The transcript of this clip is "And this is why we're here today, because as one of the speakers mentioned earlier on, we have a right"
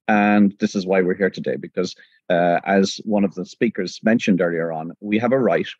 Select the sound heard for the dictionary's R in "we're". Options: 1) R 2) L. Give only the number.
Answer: 1